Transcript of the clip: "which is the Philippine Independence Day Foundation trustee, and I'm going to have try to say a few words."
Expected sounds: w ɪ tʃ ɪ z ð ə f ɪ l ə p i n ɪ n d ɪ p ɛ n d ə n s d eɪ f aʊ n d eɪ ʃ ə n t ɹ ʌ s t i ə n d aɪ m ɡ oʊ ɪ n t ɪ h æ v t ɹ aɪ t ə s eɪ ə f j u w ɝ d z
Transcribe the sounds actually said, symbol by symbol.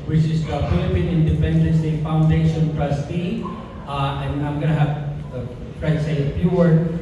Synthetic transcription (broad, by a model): w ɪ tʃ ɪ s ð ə f ɪ l ə p i n ɪ n d ɪ p ɛ n d ə n s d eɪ f aʊ n d eɪ ʃ ə n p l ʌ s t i ə n d aɪ m ɡ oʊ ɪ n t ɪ h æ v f ɹ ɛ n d s eɪ ə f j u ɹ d